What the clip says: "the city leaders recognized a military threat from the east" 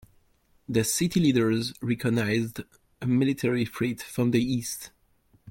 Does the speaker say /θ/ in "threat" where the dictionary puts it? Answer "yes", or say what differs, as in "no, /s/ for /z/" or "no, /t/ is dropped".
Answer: no, /f/ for /θ/